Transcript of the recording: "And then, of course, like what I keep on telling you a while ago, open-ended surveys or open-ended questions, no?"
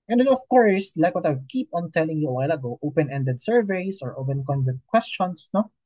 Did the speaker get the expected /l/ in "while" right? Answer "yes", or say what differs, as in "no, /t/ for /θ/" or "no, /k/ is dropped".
yes